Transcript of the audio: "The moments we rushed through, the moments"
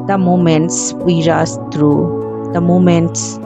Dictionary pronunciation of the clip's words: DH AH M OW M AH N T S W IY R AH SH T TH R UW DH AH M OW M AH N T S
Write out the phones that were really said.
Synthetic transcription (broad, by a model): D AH M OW M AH N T S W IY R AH S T R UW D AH M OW M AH N T S